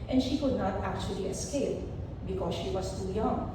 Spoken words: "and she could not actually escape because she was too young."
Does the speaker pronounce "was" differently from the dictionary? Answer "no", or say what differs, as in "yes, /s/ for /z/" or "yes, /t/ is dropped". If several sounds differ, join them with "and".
yes, /s/ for /z/